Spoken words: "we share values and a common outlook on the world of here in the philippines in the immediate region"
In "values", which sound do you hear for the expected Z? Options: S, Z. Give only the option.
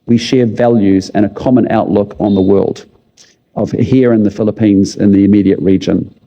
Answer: Z